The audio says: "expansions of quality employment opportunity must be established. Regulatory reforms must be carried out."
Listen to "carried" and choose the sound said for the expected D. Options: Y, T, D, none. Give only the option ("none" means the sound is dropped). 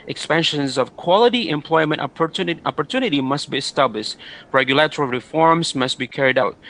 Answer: D